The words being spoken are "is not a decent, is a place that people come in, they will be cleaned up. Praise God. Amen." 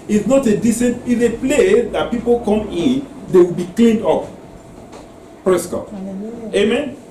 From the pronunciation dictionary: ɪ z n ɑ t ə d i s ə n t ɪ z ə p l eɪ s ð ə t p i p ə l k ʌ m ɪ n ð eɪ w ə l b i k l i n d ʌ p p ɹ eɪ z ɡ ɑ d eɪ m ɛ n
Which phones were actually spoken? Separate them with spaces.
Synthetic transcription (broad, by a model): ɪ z n ɑ t ə d i s ə n t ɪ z ə p l eɪ s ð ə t p i p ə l k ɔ m ɪ n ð eɪ w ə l b i k l i n d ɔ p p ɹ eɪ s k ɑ eɪ m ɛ n